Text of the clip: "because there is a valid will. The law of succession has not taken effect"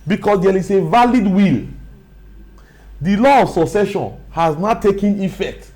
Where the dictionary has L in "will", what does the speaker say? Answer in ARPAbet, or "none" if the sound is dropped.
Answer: L